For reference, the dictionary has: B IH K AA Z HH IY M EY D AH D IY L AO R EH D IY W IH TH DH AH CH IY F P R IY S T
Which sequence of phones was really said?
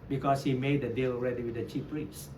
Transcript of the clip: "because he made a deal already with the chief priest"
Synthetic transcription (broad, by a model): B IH K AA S HH IY M EY D AH D IY L AO R EH D IY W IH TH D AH CH IY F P R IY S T